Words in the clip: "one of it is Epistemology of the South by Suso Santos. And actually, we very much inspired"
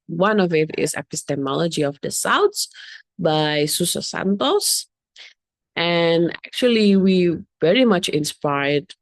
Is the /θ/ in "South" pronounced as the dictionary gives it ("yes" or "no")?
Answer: no